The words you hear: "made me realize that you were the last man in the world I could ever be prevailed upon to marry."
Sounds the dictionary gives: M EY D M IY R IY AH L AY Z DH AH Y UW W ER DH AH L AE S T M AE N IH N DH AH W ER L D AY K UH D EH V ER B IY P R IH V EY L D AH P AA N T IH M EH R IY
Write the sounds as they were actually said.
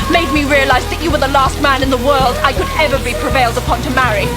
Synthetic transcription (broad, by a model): M EY D M IY R IY AH L AY Z DH AH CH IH W ER DH AH L AE S T M AE N IH N DH AH W ER L D AY K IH D EH V ER B IY P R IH V EY L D AH P AA N T IH M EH R IY